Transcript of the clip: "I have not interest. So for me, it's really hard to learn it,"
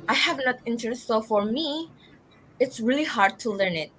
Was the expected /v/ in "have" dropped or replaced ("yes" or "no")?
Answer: no